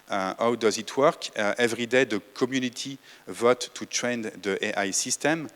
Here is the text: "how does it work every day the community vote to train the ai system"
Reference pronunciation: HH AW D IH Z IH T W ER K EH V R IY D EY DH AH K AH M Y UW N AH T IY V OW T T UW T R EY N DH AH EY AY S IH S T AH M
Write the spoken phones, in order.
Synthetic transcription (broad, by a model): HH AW D IH Z IH T W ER K EH V R IY D EY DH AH K AH M Y UW N AH T IY V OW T T UW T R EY N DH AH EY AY S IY S T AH M